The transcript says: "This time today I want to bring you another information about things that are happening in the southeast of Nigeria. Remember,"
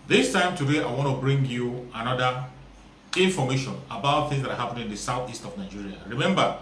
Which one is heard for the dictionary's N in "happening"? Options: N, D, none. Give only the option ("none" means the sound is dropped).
none